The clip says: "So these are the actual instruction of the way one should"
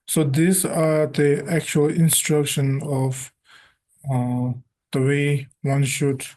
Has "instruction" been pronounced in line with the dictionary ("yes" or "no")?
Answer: yes